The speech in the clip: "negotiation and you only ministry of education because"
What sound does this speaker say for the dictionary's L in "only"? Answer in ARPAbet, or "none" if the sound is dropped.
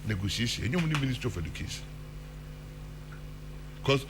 none